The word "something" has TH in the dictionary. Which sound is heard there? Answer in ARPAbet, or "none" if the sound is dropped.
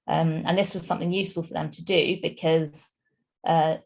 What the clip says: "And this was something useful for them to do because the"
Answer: TH